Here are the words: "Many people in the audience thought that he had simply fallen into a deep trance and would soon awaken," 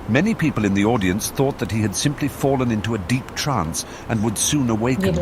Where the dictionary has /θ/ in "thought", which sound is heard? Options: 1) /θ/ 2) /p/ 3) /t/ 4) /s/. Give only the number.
1